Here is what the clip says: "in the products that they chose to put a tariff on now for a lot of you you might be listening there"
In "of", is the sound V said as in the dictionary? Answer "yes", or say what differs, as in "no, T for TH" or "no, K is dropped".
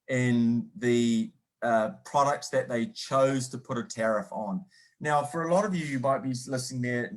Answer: yes